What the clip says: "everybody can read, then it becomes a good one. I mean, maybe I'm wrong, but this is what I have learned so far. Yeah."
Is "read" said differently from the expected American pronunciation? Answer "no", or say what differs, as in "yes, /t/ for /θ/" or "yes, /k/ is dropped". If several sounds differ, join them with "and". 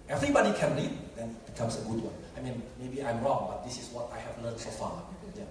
yes, /l/ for /ɹ/